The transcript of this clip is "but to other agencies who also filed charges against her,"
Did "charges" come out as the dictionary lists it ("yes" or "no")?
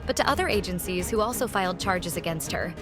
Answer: yes